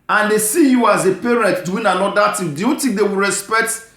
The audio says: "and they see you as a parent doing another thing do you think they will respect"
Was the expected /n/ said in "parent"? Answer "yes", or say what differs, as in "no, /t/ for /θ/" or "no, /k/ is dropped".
yes